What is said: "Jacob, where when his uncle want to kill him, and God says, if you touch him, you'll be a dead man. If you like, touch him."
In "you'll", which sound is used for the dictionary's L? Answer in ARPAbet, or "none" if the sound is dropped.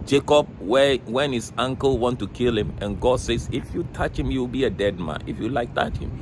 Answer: W